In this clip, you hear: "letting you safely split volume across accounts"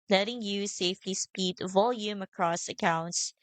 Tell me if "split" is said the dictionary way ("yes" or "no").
no